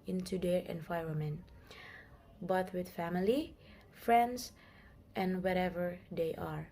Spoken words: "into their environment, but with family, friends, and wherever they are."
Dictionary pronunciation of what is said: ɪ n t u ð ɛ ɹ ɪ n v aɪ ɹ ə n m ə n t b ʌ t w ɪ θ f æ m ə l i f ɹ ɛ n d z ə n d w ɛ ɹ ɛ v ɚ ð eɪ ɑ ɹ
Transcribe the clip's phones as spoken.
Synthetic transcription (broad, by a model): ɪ n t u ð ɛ ɹ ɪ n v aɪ ɹ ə m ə n b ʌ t w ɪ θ f æ m ə l i f ɹ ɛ n d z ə n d w ɛ ɹ ɛ v ɚ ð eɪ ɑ ɹ